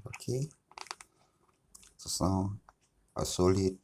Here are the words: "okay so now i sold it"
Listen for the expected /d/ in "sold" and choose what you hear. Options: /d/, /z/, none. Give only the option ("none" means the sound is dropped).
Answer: none